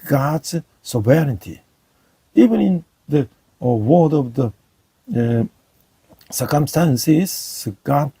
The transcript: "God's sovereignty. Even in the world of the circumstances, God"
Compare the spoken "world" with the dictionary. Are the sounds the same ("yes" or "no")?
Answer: no